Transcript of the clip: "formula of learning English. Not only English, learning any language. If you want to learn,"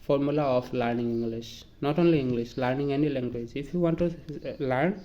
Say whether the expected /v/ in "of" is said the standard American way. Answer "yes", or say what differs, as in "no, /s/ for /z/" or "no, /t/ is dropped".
no, /p/ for /v/